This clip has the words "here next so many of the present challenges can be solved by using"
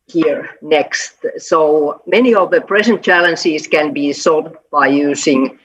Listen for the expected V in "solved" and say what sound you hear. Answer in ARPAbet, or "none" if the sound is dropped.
none